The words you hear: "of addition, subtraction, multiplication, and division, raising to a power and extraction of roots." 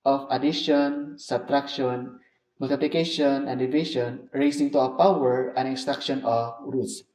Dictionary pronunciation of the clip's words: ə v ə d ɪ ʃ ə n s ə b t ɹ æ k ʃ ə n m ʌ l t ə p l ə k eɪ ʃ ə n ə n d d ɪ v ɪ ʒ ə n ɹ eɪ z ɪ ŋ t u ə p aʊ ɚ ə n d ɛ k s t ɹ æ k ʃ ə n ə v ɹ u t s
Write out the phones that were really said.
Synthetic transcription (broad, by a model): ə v ə d ɪ ʃ ə n s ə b t ɹ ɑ k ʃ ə n m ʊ l t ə p l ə k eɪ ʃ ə n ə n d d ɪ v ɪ ʃ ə n ɹ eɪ s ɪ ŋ t u ə p aʊ ɚ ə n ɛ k s t ɹ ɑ k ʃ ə n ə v ɹ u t s